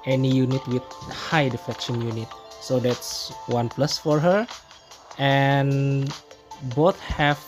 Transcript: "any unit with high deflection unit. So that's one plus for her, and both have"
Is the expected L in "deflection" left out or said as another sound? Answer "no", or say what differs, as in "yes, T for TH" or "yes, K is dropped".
yes, L is dropped